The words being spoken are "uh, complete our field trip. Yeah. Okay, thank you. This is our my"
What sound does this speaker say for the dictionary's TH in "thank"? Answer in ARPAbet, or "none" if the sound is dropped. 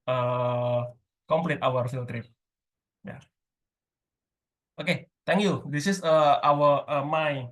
T